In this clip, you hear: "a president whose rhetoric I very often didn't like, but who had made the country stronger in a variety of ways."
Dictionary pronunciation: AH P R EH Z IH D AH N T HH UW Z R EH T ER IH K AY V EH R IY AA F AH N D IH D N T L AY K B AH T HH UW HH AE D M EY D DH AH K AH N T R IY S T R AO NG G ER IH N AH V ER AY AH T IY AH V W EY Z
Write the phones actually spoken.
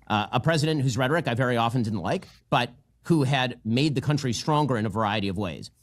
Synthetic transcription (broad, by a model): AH P R EH Z IH D AH N T HH UW Z R EH T ER IH K AY V EH R IY AA F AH N D IH D N T L AY K B AH T HH UW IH D M EY D DH AH K AH N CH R IY S T R AO NG G ER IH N AH V ER AY AH T IY AH V W EY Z